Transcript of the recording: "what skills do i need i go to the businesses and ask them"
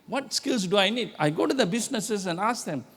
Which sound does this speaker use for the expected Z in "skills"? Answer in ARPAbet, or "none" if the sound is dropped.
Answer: S